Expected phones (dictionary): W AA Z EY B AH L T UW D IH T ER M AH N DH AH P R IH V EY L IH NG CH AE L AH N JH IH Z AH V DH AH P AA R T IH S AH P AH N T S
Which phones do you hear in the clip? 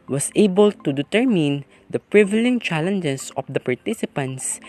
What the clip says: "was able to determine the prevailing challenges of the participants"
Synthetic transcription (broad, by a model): W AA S EY B AH L T UW D IH T ER M AH N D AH P R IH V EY L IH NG CH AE L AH N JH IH S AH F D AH P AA R T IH S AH P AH N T S